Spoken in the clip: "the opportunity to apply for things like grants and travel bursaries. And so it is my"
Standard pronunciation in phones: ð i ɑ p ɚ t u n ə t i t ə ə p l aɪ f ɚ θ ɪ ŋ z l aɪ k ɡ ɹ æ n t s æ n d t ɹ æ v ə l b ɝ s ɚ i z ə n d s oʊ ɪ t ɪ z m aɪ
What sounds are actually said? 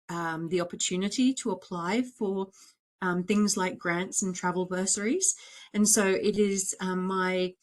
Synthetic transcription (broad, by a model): ð i ɑ p ɚ t u n ə t i t ə ə p l aɪ f ɚ θ ɪ ŋ z l aɪ k ɡ ɹ æ n t s n t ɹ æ v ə l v ɝ s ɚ i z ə n s oʊ ɪ t ɪ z m aɪ